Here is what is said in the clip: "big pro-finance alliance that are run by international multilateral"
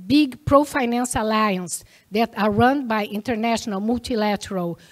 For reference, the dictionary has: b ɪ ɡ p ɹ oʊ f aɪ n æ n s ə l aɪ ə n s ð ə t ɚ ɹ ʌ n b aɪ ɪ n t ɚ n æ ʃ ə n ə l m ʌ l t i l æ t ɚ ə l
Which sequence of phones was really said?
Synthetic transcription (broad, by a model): b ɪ ɡ p ɹ oʊ f aɪ n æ n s l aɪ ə n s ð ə t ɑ ɹ ʌ n b aɪ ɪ n t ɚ n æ ʃ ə n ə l m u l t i l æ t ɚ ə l